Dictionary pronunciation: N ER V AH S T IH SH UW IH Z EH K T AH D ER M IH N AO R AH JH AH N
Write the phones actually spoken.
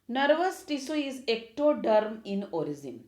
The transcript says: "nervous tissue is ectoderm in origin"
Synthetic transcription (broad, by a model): N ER V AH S T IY S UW IH Z EH K T AH D ER M IH N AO R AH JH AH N